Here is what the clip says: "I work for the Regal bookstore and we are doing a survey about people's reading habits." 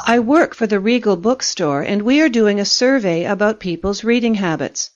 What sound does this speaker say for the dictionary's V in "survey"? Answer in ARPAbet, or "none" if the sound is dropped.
V